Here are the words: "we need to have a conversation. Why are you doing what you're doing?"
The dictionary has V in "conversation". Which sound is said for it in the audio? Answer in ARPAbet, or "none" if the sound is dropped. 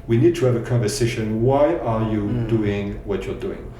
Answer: V